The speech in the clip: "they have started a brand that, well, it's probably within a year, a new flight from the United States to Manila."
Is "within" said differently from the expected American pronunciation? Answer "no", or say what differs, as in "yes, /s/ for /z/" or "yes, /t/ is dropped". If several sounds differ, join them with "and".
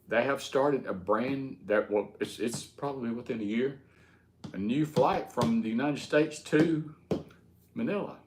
no